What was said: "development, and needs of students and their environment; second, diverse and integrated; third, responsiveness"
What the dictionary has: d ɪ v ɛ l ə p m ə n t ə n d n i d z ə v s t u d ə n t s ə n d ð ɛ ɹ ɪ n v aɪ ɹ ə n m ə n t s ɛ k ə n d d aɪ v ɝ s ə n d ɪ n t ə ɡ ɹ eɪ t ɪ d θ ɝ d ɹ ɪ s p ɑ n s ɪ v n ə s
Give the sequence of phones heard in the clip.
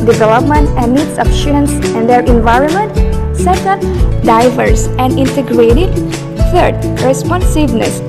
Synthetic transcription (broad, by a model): d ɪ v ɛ l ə p m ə n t ə n d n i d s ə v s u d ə n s ə n d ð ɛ ɹ ɪ n v aɪ ɹ ə n m ə n t s ɛ k ə n d d aɪ v ɝ s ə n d ɪ n t ə ɡ ɹ eɪ t ɪ d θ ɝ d ɹ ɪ s p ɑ n s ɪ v n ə s